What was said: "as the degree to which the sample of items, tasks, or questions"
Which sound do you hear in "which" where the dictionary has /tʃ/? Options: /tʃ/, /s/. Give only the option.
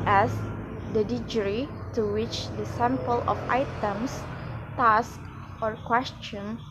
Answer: /tʃ/